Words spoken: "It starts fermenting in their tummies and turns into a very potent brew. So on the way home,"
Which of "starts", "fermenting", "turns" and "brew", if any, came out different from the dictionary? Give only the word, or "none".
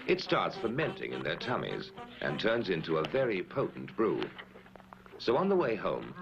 none